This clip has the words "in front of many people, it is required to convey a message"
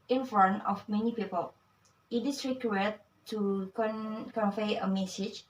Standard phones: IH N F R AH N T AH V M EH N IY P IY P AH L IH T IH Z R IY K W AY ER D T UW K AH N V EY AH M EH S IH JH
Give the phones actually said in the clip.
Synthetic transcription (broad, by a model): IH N F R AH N AH F M EH N IY P IY P AH L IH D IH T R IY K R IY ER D T UW K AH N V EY AH M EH S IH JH